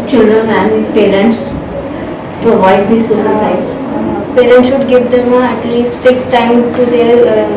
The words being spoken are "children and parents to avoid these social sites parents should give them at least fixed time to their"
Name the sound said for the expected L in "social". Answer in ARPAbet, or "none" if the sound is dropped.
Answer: N